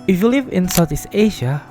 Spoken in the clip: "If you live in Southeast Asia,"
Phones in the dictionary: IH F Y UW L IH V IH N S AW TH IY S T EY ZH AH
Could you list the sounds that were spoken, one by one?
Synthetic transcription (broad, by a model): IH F Y UW L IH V IH N S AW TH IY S EY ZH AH